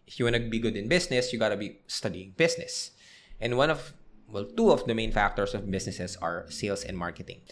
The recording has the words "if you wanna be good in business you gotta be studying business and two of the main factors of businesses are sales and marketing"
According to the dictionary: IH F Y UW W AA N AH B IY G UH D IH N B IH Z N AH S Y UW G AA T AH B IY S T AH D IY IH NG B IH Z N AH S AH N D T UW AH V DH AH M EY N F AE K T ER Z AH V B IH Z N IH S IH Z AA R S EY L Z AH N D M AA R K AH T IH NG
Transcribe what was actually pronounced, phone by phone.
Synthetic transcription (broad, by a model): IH F Y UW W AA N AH B IY G UH D IH N B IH S N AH S Y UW G AA T AH B IY S T AH D IY IH NG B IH S N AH S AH N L T UW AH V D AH M EY N F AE K T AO S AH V B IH S N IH S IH S AA R S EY L S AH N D M AA R K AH T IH NG